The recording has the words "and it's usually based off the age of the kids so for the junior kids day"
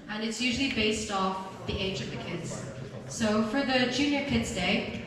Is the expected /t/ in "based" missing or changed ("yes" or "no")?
no